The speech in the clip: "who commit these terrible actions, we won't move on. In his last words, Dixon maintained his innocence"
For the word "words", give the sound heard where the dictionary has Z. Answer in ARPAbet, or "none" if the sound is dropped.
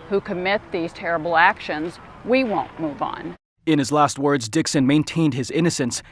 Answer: Z